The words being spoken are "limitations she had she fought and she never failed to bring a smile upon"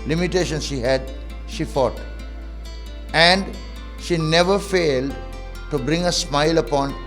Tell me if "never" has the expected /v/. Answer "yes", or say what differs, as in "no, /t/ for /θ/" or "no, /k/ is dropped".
yes